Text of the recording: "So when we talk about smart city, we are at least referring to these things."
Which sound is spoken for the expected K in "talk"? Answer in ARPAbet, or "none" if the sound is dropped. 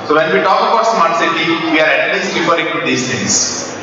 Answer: K